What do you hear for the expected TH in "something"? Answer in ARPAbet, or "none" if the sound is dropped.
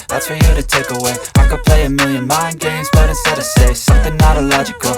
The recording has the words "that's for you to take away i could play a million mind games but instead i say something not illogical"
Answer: TH